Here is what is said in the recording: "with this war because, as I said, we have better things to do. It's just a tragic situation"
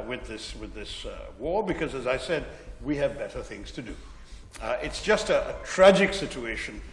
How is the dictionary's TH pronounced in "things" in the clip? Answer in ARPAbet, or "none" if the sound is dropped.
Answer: TH